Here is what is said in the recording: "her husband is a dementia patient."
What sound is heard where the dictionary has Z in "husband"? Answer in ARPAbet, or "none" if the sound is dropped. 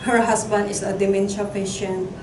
S